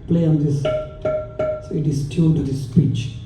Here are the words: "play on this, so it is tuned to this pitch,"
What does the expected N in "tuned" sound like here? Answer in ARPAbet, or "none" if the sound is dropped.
L